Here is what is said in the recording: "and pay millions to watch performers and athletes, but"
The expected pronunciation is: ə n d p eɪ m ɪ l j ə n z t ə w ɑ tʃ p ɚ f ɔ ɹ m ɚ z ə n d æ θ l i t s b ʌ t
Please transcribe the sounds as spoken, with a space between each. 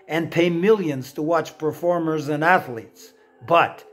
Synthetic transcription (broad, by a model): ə n p eɪ m ɪ l j ə n z t ə w ɑ tʃ p ɚ f ɔ ɹ m ɚ z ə n æ θ l i t s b ʌ t